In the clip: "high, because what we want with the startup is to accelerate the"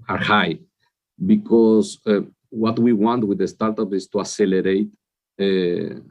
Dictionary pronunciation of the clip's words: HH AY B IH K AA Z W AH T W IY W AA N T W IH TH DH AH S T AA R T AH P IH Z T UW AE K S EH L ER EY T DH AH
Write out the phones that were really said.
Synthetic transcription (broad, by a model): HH AY B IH K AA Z W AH T W IY W AA N T W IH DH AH S T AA R T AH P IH S T UW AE S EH L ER EY T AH